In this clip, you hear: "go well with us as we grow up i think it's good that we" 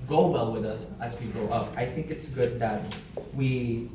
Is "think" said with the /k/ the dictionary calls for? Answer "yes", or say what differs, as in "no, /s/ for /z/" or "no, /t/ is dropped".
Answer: yes